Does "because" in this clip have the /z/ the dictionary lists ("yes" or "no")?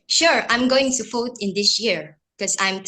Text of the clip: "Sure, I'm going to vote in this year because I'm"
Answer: no